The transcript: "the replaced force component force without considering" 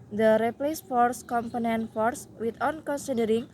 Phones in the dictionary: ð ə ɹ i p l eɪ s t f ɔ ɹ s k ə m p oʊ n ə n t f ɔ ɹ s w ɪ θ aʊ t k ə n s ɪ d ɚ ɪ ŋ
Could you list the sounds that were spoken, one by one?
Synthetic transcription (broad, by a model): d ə ɹ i p l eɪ s f ɔ ɹ s k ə m p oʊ n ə n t f ɔ ɹ s w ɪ t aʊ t k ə n s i d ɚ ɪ ŋ